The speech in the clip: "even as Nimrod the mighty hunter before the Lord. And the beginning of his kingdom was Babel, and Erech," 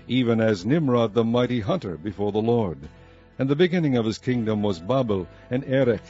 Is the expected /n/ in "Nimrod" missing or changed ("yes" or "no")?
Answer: no